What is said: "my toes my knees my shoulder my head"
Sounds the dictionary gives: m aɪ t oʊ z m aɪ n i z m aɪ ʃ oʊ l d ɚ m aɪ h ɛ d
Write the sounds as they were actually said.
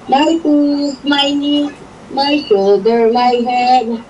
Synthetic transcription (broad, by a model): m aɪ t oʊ s m aɪ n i m aɪ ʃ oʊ d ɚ m aɪ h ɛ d